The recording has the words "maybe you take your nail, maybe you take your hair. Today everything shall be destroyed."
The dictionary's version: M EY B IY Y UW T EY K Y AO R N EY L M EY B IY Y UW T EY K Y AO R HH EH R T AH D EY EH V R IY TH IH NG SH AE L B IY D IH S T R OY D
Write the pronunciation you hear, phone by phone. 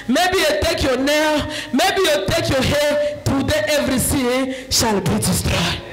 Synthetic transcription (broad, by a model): M EY B IY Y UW T EY K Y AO N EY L M EY B IY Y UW T EY K Y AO HH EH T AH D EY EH V R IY S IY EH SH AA L B IY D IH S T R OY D